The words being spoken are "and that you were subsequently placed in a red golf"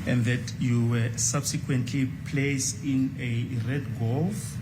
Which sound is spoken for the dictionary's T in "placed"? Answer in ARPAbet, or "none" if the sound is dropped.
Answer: none